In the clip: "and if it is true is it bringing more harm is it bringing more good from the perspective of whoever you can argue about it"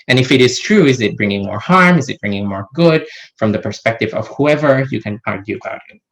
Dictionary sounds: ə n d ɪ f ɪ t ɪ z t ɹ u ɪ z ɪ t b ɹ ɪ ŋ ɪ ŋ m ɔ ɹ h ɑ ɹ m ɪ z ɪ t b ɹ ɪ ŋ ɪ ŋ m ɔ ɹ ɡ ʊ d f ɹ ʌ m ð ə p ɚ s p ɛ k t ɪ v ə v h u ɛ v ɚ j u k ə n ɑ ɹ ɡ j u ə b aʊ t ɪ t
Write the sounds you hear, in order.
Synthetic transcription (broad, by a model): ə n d ɪ f ɪ t ɪ z t ɹ u ɪ z ɪ t b ɹ ɪ ŋ ɪ ŋ m ɔ ɹ h ɑ ɹ m ɪ z ɪ t b ɹ ɪ ŋ ɪ ŋ m ɔ ɹ ɡ ʊ d f ɹ ʌ m ð ə p ɚ s p ɛ k t ɪ v ə v h u ɛ v ɚ j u k ə n ɑ ɹ ɡ j u ə b aʊ t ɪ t